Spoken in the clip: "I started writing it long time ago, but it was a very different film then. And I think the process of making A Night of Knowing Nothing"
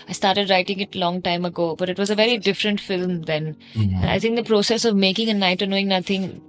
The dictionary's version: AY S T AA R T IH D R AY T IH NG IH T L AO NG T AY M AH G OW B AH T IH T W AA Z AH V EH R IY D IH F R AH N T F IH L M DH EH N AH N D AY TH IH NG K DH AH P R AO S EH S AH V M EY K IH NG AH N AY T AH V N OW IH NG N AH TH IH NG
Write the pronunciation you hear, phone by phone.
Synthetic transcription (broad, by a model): AY S T AA R T IH D R AY T IH NG IH T L AO NG T AY M AH G OW B AH T IH T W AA Z AH V EH R IY D IH F R AH N T F IH L M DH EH N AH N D AY T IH NG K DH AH P R AO S EH S AH V M EY K IH NG AH N AY T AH N OW IH NG N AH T IH NG